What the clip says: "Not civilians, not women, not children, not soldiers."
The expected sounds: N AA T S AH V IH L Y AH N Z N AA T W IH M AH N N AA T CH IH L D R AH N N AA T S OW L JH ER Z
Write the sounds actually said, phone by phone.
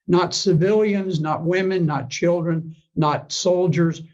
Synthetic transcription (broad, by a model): N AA T S AH V IH L Y AH N Z N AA T W IH M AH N N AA T CH IH L D R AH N N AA T S OW L JH ER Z